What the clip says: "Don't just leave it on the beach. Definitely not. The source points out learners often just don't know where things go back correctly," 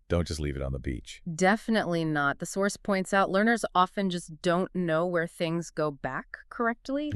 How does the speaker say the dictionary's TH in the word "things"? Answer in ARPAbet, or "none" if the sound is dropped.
TH